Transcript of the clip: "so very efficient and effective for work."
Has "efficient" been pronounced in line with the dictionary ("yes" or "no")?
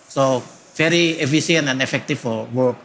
no